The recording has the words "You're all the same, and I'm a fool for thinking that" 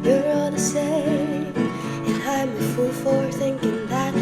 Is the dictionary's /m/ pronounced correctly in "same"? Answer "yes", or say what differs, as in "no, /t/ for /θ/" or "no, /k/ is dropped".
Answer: no, /m/ is dropped